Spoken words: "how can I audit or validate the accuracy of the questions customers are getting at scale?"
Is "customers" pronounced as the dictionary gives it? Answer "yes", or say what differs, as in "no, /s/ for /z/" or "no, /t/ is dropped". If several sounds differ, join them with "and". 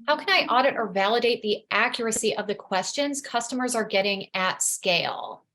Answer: yes